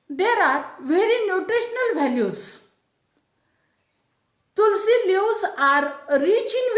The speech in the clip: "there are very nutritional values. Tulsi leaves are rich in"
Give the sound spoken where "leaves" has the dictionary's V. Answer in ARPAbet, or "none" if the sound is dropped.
none